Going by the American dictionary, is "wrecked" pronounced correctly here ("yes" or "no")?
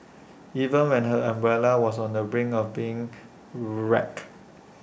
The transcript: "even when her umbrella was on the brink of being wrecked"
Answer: no